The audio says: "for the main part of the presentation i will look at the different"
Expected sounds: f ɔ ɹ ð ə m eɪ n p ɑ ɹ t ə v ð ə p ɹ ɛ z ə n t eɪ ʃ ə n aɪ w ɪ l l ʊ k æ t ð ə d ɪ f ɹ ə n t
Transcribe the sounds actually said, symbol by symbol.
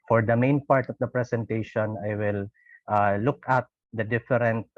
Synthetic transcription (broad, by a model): f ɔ ɹ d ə m eɪ n p ɑ ɹ t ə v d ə p ɹ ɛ s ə n t eɪ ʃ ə n aɪ w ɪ l l ʊ k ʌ t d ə d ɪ f ɹ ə n t